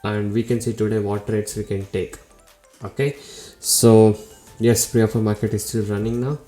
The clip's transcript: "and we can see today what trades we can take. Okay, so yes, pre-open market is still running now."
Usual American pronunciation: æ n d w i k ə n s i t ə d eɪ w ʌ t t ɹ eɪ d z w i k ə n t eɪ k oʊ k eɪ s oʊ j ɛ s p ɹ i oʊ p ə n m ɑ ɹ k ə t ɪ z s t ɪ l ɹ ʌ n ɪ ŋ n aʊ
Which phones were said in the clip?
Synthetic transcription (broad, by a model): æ n d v i k ə n s i t ə d eɪ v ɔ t t ɹ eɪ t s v i k ə n t eɪ k oʊ k eɪ s oʊ j ɛ s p ɹ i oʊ f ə m ɑ ɹ k ə t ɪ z s t ɪ l ɹ ʌ n ɪ ŋ n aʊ